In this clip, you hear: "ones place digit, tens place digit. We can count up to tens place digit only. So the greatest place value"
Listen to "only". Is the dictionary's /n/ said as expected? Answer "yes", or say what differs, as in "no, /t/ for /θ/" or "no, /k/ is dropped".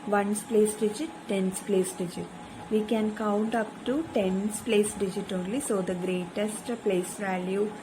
no, /l/ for /n/